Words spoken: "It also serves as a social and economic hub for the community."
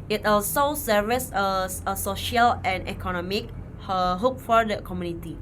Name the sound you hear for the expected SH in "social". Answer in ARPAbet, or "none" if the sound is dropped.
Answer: SH